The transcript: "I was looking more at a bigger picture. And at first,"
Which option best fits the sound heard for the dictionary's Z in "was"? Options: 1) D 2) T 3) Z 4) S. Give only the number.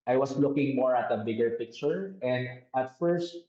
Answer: 4